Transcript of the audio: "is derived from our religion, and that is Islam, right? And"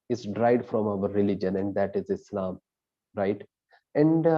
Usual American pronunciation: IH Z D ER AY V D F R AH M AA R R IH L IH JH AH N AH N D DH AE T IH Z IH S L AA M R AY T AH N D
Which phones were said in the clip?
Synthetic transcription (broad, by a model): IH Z D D AY D F R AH M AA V R IH L IH JH AH N AH N D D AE T IH Z IH S L AA M R AY T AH N D